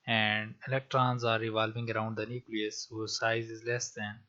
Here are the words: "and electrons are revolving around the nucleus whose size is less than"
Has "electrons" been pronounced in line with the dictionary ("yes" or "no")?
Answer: yes